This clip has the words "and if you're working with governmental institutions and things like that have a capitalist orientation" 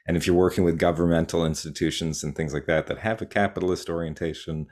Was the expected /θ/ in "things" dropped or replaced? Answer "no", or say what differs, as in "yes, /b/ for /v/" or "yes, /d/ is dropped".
no